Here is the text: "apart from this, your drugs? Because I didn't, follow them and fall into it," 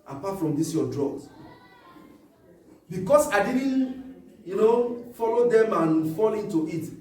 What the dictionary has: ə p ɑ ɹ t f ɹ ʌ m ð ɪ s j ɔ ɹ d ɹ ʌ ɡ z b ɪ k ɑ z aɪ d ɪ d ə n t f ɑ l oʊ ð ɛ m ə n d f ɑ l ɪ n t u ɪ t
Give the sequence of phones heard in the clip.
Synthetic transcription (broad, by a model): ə p ɑ t f ɹ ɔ m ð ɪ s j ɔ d ɹ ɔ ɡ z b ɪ k ɑ s aɪ d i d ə n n f ɑ l oʊ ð ɛ m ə n f ɑ l ɪ n t u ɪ t